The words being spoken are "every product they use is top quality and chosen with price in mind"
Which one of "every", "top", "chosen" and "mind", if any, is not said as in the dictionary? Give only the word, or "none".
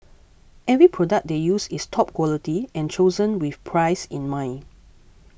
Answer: mind